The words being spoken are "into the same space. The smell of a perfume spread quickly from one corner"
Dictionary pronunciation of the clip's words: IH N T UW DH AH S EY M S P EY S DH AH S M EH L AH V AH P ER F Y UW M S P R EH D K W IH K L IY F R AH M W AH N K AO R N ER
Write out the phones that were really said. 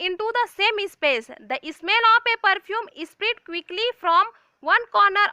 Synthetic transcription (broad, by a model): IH N T UW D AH S EY M S P EY S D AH S M EH L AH P AH P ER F Y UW M S P R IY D K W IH K L IY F R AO M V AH N K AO R N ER